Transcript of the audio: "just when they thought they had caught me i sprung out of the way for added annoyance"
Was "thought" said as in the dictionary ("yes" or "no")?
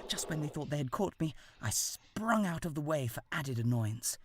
yes